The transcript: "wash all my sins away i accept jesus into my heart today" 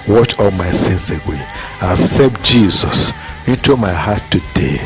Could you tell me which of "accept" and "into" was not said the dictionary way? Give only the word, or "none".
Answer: accept